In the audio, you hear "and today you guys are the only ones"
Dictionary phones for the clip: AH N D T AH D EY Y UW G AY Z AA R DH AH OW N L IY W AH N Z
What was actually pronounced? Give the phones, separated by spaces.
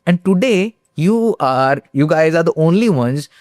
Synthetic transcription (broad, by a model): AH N D T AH D EY Y UW G AY Z AA R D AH OW N L IY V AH N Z